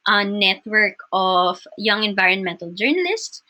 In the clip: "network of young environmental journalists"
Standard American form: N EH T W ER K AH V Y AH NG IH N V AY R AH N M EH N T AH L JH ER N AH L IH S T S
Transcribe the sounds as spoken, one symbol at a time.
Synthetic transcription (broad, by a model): N EH T W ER K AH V Y AH NG IH N V AY R AH N M EH N T AH L JH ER N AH L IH S T S